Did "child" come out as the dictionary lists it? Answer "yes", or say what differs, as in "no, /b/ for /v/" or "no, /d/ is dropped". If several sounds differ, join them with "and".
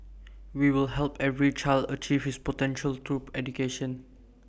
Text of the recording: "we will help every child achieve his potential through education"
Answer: yes